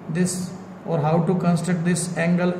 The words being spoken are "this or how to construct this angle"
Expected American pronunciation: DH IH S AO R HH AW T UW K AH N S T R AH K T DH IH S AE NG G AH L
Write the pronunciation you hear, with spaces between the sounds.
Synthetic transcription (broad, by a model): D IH S AO R HH AW T UW K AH N S T AH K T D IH S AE NG G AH L